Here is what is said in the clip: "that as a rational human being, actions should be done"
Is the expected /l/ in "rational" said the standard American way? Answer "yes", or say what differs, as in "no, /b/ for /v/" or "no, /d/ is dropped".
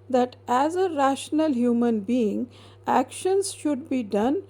yes